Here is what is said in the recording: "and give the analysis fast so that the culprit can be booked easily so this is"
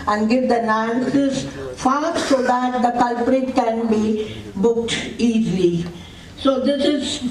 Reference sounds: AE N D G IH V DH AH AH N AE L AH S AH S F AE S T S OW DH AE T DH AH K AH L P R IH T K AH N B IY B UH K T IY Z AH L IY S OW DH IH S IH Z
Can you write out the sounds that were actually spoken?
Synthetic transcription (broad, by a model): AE N D G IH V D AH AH N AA AH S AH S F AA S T S OW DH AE T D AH K AH L P R IH T K AH N B IY B UH K T IY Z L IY S OW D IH S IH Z